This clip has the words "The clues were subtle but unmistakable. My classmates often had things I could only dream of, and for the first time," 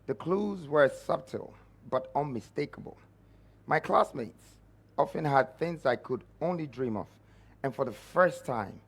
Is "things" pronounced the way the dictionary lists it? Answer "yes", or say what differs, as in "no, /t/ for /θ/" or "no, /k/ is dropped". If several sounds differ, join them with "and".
yes